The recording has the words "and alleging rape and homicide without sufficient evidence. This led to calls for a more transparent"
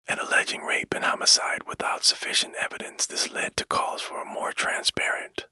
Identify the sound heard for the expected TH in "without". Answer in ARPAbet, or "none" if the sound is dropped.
TH